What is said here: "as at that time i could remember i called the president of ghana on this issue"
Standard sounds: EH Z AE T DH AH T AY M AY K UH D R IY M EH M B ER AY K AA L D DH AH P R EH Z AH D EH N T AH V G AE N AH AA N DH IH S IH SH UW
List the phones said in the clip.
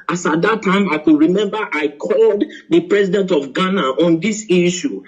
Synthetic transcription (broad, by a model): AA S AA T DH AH T AY M AY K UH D R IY M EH M B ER AY K AA L D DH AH P R EH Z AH D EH N T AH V G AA N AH AA N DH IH S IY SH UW